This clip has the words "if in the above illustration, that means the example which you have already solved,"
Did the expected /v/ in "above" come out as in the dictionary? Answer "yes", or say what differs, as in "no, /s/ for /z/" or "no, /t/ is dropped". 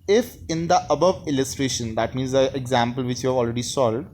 yes